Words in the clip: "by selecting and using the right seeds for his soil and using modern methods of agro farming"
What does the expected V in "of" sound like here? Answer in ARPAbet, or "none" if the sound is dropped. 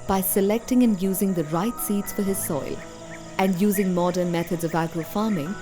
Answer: V